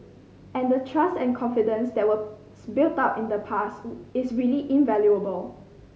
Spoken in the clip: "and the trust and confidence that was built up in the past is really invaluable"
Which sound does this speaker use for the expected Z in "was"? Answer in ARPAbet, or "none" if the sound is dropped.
S